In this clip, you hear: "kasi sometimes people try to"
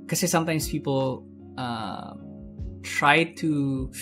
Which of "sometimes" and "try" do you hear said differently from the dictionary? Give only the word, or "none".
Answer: sometimes